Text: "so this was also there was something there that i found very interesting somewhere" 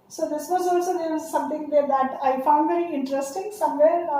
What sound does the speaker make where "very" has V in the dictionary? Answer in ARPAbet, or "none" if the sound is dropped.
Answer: V